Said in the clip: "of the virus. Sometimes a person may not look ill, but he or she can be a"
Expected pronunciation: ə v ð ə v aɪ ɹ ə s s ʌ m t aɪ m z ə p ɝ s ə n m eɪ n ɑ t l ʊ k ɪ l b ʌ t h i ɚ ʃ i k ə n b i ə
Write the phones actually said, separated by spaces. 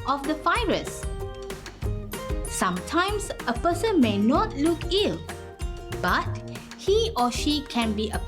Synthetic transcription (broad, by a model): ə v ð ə f aɪ ɹ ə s s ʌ m t aɪ m s ə p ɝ s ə n m eɪ n ɑ t l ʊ k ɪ l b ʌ t h i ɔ ʃ i k ə n b i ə